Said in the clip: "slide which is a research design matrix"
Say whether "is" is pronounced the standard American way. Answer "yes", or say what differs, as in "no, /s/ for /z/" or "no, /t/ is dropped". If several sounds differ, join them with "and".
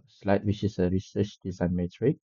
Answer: no, /s/ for /z/